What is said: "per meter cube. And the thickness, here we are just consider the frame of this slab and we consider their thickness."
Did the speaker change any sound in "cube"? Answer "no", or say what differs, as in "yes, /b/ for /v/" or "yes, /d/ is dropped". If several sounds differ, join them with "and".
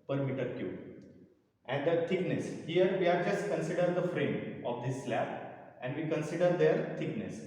yes, /b/ is dropped